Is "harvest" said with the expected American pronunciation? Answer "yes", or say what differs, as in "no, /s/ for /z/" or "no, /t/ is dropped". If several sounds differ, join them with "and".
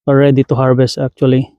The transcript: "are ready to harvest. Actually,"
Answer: no, /b/ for /v/